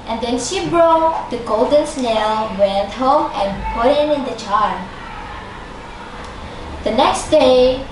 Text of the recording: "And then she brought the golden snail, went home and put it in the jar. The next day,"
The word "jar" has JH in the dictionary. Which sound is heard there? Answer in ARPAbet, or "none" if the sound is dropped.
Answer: CH